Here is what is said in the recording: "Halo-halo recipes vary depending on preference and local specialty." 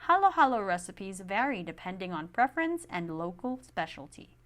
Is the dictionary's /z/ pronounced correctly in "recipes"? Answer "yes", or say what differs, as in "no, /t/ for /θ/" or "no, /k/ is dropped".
yes